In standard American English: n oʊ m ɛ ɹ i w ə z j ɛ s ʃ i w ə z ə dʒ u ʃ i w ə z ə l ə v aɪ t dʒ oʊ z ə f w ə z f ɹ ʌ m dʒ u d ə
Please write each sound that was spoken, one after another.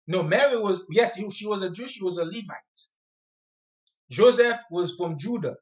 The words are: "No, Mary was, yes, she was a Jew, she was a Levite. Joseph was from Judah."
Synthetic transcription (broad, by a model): n oʊ m ɛ ɹ i w ə z j ɛ s ʃ i w ə z ə dʒ u ʃ i w ə z ə l ə v aɪ t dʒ oʊ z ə f w ə z f ɹ ʌ m dʒ u d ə